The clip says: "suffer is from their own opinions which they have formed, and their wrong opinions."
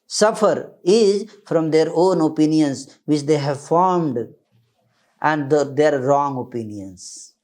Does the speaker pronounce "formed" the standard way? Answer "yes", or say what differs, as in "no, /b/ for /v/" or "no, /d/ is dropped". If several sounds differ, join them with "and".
yes